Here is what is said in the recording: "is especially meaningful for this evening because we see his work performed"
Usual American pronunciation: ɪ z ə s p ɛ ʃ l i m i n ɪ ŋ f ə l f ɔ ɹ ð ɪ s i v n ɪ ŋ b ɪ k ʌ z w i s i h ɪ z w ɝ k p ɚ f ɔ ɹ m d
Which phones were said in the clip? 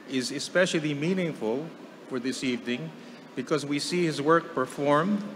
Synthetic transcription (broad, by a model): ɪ z ə s p ɛ ʃ l i m i n ɪ ŋ f ə l f ɔ ɹ ð ɪ s i v n ɪ ŋ b ɪ k ʌ z w i s i h ɪ z w ɝ k p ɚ f ɔ ɹ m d